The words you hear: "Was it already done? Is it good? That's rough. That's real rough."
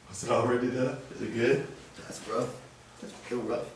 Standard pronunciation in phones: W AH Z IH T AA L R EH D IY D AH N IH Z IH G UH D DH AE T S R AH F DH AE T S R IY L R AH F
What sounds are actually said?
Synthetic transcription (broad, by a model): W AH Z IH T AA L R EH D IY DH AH IH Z IH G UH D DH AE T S R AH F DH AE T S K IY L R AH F